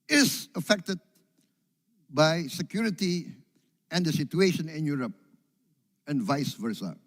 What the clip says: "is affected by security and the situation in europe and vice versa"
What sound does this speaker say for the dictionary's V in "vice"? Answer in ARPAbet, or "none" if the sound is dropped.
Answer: V